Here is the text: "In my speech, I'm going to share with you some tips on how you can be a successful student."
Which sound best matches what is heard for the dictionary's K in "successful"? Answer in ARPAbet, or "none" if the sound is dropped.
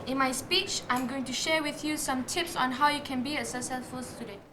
none